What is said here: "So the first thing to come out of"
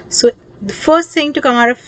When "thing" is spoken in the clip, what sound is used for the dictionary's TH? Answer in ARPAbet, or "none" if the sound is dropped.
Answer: S